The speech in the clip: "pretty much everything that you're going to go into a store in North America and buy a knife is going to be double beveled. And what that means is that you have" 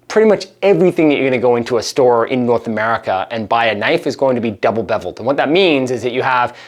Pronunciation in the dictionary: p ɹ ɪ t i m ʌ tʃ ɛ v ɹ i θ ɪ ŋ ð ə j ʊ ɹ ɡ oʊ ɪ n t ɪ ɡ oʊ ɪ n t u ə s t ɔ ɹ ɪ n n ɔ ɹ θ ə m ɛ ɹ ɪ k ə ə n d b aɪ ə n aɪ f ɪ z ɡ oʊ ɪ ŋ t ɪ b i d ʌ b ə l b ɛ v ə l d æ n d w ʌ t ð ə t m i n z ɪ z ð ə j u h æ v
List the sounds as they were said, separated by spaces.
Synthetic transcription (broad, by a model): p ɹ ɪ t i m ʌ tʃ ɛ v ɹ i θ ɪ ŋ ð ə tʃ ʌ ɹ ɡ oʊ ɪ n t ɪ ɡ oʊ ɪ n t u ə s t ɔ ɹ ɪ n n ɔ ɹ θ ə m ɛ ɹ ɪ k ə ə n b aɪ ə n aɪ f ɪ z ɡ oʊ ɪ ŋ t ɪ b i d ʌ b l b ɛ v l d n w ʌ t ð ə t m i n z ɪ z ð ə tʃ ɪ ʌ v